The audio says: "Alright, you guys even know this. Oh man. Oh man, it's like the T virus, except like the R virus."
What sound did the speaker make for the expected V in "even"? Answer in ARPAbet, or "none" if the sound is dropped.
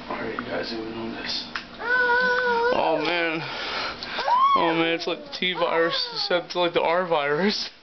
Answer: none